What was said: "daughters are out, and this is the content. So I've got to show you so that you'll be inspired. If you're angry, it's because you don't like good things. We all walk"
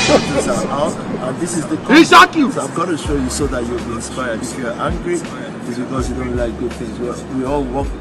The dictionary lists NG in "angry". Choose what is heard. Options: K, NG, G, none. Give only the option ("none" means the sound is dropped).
NG